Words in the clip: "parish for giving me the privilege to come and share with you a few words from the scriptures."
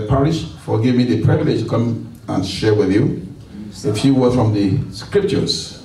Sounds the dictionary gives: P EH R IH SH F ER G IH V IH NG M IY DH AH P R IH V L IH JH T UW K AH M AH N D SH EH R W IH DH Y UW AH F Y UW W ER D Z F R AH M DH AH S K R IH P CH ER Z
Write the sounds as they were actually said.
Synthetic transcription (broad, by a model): P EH R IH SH F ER G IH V M IY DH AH P R IH V L IH JH T UW K AH M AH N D SH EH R W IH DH Y UW AH F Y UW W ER F R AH M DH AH S K R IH P CH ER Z